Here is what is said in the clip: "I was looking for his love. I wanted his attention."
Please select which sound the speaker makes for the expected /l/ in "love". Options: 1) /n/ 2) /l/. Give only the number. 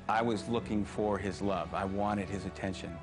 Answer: 2